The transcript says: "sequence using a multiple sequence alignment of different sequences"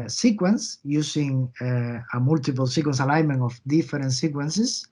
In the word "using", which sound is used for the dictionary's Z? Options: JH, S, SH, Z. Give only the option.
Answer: S